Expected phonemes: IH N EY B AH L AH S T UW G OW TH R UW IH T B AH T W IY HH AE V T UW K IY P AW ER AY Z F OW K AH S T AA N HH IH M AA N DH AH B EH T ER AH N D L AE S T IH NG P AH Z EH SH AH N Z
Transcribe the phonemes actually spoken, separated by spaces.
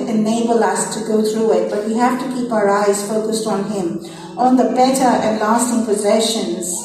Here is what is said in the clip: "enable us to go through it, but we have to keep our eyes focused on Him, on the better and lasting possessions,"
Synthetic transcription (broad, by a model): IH N EY B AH L AH S T UW G OW T R UW IH T B AH T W IY HH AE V T UW K IY P AW ER AY Z F OW K AH S T AA N HH IH M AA N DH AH B EH T ER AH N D L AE S T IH NG P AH Z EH SH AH N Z